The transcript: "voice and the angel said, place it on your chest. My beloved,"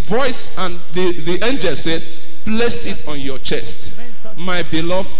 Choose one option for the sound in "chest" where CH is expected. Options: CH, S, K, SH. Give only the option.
CH